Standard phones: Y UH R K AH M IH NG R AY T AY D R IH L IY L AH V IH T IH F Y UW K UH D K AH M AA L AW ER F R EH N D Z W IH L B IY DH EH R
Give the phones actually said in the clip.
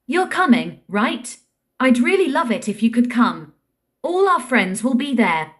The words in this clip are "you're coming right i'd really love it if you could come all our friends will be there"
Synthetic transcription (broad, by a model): Y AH R K AH M IH NG R AY T AY D R IH L IY L AH V IH T IH F Y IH K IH D K AH M AA L AW ER F R EH N D Z W IH L B IY DH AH R